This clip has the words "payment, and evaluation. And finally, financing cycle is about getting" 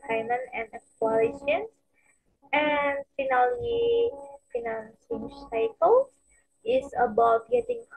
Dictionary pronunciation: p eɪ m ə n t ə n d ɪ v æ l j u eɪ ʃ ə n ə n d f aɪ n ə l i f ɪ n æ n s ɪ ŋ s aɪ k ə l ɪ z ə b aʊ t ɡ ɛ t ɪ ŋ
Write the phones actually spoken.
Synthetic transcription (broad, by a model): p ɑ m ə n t ə n d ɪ w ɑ l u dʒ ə n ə n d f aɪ n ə l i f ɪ n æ n s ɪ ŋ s aɪ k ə l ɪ s ə b aʊ t ɡ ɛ t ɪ ŋ